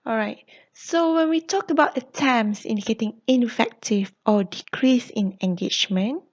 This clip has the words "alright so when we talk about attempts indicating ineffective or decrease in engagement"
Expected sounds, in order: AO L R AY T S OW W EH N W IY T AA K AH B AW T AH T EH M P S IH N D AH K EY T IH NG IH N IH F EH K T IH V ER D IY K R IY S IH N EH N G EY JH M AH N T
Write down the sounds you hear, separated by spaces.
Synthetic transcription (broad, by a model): AO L R AY T S OW W EH N W IY T AA K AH B AW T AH T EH M S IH N D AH K EY T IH NG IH N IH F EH K T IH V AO D IY K R IY S IH N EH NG G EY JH M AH N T